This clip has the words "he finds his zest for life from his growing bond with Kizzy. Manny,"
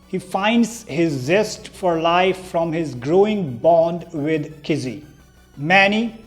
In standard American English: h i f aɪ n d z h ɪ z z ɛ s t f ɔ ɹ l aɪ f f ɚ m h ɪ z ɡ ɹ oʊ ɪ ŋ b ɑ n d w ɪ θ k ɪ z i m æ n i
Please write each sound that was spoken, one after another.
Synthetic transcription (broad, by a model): h i f aɪ n d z h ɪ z z ɛ s t f ɔ ɹ l aɪ f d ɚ m h ɪ z ɡ ɹ oʊ ɪ ŋ b ɑ n d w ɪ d k ɪ z i m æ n i